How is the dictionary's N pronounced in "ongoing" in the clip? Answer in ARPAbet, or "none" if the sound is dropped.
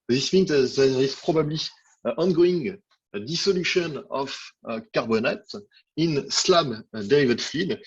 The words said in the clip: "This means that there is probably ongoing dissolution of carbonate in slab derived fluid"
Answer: N